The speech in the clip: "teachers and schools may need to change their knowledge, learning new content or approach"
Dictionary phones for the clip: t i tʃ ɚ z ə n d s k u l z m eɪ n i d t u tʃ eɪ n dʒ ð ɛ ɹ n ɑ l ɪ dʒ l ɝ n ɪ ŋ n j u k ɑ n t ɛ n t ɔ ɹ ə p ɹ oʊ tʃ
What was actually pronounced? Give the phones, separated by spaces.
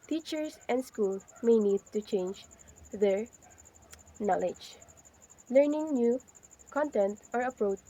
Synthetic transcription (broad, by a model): t i tʃ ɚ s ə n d s k u l m eɪ n i d t u tʃ eɪ n dʒ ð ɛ ɹ n ɑ l ɪ dʒ l ɝ n ɪ ŋ n j u k ɑ n t ɛ n t ɔ ɹ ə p ɹ oʊ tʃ